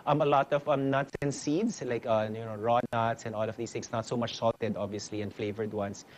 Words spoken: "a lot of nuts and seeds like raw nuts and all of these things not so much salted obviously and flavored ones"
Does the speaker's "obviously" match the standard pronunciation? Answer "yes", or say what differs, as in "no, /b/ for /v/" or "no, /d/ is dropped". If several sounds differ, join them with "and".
yes